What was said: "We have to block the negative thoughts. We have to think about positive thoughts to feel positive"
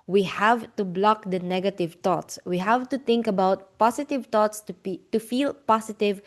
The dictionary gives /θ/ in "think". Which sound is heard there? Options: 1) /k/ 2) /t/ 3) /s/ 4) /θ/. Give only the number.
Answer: 2